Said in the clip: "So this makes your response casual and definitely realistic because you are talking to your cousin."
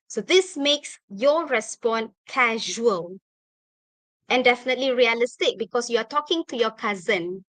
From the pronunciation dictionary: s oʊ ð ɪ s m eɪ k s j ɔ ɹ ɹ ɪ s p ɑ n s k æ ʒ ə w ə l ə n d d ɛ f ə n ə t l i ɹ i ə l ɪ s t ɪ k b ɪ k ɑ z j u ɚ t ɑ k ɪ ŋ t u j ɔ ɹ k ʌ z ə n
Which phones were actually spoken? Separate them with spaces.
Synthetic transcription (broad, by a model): s oʊ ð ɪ s m eɪ k s j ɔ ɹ ɹ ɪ s p ɑ n k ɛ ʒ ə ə l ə n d d ɛ f ə n ə t l i ɹ i ə l ɪ s t ɪ k b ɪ k ɑ s j u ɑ t ɑ k ɪ ŋ t u j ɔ k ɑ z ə n